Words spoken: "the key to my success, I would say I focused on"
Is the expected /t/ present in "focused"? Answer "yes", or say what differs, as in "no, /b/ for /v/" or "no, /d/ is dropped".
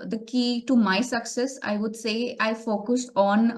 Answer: no, /t/ is dropped